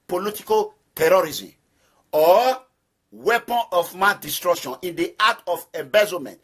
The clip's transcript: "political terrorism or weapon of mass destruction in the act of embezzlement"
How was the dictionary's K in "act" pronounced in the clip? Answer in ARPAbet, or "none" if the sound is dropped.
none